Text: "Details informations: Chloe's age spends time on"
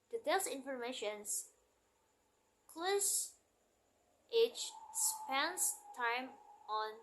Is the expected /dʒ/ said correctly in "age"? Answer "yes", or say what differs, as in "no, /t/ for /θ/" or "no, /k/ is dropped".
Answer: no, /tʃ/ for /dʒ/